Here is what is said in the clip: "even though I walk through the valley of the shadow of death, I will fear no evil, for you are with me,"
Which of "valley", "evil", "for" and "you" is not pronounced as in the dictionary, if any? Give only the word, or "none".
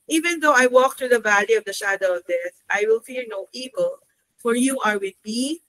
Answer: none